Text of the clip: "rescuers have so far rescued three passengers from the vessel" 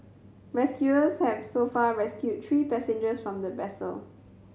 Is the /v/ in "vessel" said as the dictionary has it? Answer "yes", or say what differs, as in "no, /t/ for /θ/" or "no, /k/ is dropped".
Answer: no, /b/ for /v/